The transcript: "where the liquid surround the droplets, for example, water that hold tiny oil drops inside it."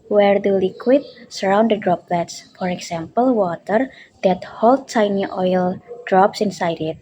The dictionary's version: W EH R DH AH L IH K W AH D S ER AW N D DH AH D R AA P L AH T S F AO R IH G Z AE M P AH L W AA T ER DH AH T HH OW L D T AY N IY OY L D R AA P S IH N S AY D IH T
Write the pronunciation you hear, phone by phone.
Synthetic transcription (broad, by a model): W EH R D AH L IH K W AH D S ER AW N D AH D R AA P L AH T S F AO R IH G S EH M P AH L W AA T ER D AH T HH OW L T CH AY N IY OY L D R AA P S IH N S AY D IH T